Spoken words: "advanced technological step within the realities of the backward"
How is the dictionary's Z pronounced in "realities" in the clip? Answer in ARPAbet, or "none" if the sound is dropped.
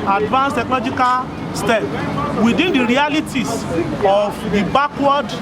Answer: S